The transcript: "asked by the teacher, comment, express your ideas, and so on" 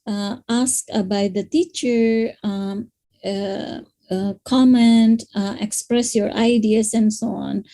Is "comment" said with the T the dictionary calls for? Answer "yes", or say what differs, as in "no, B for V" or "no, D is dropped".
yes